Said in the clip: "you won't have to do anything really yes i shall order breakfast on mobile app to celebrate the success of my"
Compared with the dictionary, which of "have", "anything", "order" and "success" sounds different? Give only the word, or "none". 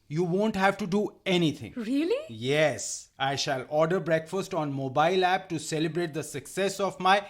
anything